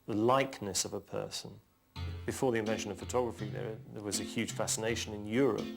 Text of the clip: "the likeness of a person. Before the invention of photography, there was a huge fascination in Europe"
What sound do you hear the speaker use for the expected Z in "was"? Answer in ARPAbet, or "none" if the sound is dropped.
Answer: Z